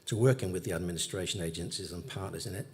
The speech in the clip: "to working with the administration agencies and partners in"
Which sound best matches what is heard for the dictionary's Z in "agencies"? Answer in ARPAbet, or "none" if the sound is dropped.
Z